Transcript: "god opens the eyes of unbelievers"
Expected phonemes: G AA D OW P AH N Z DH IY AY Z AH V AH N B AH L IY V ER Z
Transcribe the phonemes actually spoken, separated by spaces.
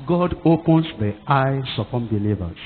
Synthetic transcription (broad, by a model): G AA D OW P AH N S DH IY AY S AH P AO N B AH L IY V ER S